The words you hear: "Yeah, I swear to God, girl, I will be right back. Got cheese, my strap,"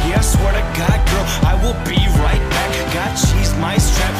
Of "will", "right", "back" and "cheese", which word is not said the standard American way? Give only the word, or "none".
cheese